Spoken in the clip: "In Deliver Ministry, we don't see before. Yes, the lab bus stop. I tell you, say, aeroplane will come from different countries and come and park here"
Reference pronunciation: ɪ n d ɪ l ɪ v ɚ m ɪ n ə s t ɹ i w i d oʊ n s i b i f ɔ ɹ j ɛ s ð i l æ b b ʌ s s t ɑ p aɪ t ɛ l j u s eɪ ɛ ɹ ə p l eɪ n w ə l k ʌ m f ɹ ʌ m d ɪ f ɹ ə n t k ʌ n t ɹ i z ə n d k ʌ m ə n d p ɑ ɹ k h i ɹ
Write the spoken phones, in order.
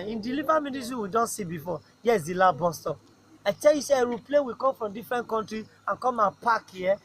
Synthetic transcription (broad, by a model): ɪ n d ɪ l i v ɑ m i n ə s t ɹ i w i d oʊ n s i b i f ɔ j ɛ s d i l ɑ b b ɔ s s t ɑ aɪ t ɛ l j u s eɪ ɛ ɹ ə p l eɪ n w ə k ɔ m f ɹ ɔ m d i f ɹ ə n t k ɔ n t ɹ i ə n k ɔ m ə p ɑ k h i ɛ